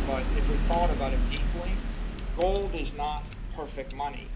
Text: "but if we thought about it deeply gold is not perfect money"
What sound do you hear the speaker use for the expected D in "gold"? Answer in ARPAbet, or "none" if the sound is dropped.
D